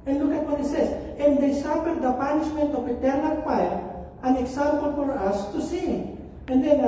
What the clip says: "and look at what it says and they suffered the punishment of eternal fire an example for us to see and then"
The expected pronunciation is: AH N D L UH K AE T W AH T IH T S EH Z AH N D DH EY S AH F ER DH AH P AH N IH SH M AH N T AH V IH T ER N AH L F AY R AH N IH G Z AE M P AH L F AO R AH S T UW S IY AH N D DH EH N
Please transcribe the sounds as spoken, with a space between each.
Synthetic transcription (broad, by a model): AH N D L UH K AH T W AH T IH T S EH S AH N D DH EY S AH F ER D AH P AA N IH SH M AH N T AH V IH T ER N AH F AY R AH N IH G S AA M P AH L F AO R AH S T UW S IY AH N D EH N